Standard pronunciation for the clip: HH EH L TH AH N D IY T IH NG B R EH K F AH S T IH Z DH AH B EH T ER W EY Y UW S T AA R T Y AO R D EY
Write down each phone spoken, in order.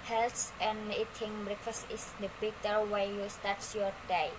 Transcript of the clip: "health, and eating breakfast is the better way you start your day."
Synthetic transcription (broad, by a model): HH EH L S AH N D IY T IH NG B R EH K F AH S T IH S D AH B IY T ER W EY Y UW S T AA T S Y AO R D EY